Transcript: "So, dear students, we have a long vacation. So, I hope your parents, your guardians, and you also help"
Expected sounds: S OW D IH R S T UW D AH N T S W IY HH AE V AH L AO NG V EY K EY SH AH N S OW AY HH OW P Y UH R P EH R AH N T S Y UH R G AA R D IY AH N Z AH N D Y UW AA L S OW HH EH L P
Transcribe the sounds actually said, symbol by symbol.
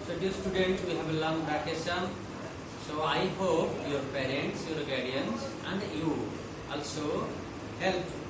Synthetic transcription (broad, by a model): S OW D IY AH S T UW D AH N T S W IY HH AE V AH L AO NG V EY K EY S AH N S OW AY HH OW P Y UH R P EH R AH N T S Y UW R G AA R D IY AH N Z AH N D Y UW AA L S OW HH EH L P